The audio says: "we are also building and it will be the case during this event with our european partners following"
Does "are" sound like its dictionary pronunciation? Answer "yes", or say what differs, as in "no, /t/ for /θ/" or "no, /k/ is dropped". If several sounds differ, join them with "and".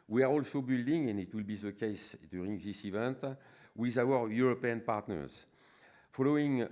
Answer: yes